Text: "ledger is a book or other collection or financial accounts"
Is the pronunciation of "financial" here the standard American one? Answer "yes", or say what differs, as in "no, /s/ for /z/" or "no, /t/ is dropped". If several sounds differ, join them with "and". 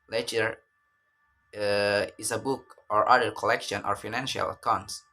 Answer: yes